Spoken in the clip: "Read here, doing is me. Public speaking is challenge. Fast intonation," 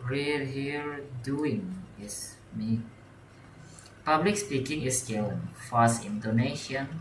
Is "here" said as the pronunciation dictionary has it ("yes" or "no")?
no